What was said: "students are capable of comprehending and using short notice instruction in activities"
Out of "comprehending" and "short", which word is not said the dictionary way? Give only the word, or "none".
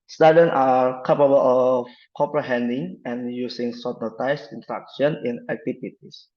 short